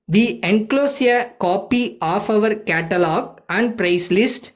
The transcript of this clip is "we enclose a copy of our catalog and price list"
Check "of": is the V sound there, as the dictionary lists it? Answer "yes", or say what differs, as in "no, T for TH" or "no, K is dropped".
yes